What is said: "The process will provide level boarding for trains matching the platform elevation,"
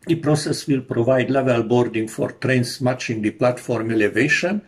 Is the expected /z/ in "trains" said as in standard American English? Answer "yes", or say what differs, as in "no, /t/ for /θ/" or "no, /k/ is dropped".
no, /s/ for /z/